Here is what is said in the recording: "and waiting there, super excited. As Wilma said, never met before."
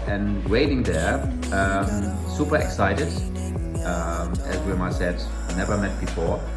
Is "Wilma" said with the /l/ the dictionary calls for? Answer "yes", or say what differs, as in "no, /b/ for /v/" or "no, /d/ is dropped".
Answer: no, /l/ is dropped